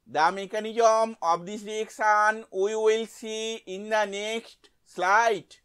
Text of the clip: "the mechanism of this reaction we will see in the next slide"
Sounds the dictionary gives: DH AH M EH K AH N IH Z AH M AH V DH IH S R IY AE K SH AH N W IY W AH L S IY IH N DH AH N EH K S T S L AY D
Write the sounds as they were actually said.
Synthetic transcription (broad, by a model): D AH M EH K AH N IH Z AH M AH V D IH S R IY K S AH N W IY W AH L S IY IH N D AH N EH K S T S L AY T